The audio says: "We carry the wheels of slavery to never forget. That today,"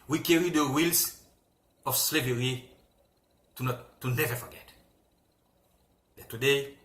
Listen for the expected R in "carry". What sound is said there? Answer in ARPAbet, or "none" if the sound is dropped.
R